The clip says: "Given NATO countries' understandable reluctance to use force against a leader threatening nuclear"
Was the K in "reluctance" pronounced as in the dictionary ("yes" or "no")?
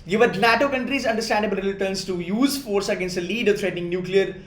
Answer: no